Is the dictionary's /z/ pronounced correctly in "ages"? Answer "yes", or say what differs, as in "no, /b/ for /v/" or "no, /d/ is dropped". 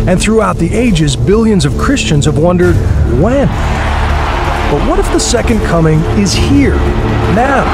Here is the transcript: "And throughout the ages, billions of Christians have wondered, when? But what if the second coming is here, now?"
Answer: yes